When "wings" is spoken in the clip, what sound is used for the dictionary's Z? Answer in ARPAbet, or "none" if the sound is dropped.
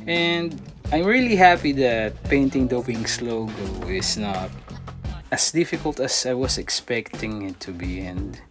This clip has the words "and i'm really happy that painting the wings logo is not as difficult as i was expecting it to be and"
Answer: S